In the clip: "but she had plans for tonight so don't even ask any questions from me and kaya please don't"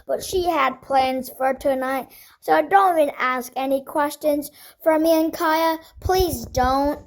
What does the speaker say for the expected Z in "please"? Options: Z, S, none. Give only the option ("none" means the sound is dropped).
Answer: Z